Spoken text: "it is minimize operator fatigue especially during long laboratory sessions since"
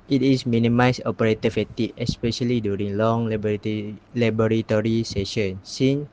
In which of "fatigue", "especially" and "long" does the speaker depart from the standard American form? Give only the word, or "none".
fatigue